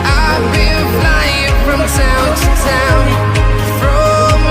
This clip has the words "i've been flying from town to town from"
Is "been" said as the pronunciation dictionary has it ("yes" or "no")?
no